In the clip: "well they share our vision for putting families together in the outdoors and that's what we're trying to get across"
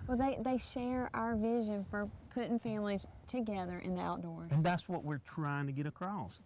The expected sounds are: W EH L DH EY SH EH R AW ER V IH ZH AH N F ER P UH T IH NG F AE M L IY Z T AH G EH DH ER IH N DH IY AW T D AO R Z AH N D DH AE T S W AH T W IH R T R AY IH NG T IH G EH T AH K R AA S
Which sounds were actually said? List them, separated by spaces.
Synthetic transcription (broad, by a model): W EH L DH EY SH EH R AW ER V IH ZH AH N F ER P UH T IH NG F AE M L IY Z T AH G EH DH ER IH N DH IY AW T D AO R AH N DH AE T S W AH T W IH R T R AY IH NG T IH G EH T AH K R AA S